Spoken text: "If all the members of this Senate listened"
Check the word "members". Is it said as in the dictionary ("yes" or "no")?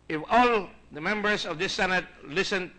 no